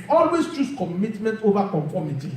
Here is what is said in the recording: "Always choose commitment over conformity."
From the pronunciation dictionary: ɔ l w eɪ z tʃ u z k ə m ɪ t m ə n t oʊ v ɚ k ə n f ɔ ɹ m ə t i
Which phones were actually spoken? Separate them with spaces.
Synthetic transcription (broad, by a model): ɔ l w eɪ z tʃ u s k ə m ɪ t m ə n t oʊ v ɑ k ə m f ɔ m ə t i